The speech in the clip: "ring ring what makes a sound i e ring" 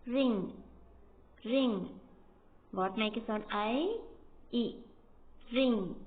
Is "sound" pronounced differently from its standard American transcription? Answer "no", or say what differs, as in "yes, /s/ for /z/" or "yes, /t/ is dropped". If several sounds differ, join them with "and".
yes, /d/ is dropped